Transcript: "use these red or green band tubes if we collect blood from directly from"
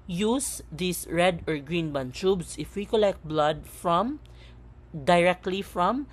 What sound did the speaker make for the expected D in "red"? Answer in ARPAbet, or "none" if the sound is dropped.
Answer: D